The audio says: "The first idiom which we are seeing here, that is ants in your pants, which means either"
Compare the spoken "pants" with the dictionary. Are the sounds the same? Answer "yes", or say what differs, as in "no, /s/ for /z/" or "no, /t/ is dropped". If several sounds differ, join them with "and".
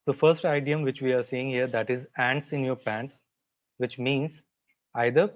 yes